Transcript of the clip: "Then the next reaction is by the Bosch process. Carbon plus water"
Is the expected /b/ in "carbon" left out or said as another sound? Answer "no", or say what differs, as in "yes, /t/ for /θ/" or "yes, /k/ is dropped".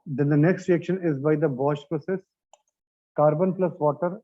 no